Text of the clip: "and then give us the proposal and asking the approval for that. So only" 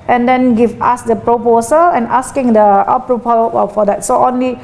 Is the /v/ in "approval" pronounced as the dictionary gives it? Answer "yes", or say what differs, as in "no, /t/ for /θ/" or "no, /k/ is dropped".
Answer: no, /p/ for /v/